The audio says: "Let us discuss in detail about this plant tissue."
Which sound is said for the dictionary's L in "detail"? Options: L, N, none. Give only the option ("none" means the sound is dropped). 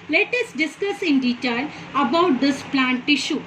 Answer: L